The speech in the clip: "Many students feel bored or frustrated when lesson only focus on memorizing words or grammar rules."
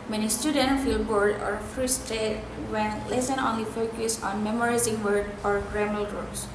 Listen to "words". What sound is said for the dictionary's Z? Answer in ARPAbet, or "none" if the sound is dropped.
none